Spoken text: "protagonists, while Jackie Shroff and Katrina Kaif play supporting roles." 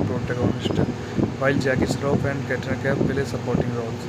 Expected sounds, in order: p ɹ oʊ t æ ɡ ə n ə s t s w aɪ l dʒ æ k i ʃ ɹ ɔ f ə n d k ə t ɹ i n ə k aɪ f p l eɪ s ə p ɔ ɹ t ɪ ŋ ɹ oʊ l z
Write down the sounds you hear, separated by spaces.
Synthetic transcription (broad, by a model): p ɹ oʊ t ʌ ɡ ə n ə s t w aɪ l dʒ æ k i s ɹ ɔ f ə n d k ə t i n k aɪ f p l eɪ s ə p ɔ ɹ t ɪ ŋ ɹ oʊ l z